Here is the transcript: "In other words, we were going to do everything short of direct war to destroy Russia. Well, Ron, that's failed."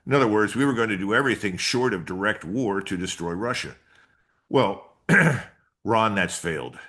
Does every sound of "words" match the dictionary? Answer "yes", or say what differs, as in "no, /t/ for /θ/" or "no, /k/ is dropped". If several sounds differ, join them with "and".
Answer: yes